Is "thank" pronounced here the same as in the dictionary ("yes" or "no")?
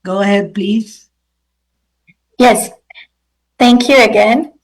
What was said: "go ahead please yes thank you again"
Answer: yes